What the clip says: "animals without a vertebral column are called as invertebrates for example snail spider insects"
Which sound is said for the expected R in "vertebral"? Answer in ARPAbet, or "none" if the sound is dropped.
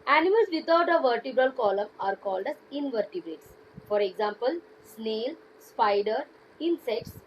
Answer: R